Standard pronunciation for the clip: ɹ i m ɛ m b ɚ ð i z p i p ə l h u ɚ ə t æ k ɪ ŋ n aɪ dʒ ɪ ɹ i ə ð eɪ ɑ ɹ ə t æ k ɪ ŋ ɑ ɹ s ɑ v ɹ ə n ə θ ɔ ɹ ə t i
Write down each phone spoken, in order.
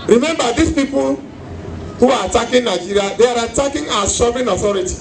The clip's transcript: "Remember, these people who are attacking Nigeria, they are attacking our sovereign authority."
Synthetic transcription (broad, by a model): ɹ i m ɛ m b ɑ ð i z p i p ə l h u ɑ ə t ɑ k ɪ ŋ n aɪ dʒ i ɹ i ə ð eɪ ɑ ɹ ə t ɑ k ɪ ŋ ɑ s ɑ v ə n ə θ ɔ ɹ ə t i